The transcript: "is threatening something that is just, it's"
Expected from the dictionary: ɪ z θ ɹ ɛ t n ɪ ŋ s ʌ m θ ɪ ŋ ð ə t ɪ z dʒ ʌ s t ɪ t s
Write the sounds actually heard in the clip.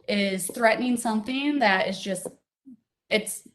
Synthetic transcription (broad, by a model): ɪ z θ ɹ ɛ t n ɪ ŋ s ʌ m θ ɪ ŋ ð ə t ɪ z dʒ ʌ s t ɪ t s